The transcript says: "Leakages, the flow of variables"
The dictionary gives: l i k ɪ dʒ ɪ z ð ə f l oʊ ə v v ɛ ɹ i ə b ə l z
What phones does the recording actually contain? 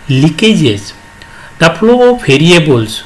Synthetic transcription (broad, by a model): l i k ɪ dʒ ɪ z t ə p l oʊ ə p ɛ ɹ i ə b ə l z